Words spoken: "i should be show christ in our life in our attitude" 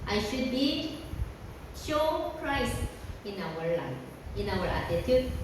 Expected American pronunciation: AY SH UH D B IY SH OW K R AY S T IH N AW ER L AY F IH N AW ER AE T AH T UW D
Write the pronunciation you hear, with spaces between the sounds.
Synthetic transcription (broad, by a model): AY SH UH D B IY SH OW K R AY S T IH N AW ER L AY IH N AW ER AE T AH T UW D